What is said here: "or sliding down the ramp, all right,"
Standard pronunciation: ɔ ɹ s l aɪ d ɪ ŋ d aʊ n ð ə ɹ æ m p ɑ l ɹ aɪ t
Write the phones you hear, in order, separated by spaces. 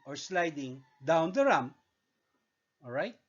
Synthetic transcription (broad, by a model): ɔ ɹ s l aɪ d ɪ ŋ d aʊ n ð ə ɹ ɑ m ɑ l ɹ aɪ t